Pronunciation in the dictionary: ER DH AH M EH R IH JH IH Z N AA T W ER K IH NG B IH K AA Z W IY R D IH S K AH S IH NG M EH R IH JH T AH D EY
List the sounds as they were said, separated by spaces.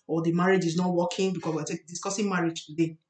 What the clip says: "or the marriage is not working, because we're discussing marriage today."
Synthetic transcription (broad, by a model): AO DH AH M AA R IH JH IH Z N AA T W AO K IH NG B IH K AA S W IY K D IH S K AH S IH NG M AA R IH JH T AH D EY